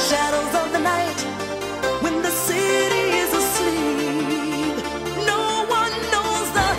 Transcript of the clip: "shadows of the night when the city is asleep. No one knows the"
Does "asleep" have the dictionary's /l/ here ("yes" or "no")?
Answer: yes